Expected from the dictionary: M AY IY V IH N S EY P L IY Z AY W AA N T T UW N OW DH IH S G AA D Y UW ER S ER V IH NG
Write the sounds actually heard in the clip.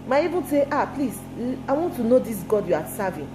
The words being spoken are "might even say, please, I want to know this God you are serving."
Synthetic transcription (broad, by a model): M AY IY B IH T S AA P L IY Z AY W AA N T T UW N OW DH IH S G AA D Y UW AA S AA V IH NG